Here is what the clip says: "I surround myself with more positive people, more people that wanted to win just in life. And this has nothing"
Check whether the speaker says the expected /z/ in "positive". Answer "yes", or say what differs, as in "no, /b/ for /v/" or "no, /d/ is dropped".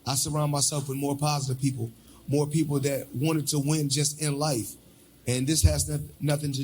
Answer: yes